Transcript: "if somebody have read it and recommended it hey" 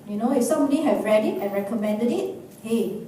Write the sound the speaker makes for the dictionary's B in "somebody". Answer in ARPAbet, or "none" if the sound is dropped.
none